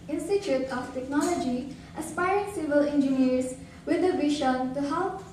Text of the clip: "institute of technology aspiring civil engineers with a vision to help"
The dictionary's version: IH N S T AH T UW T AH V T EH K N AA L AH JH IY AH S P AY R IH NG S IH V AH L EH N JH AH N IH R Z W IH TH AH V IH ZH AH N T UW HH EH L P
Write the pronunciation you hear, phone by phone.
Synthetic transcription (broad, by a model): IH N S T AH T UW T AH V T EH K N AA L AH JH IY AH S P AY R IH NG S IH V AH L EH N JH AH N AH R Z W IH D AH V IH SH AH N T UW HH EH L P